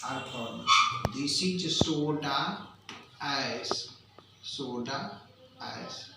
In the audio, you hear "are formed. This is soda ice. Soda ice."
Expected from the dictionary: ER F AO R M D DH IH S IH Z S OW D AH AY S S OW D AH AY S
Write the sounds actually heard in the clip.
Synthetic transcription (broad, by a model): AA P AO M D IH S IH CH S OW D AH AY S S OW D AH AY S